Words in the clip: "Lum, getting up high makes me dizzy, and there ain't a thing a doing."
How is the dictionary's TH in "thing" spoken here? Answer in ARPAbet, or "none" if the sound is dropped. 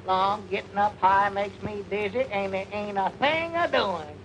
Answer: TH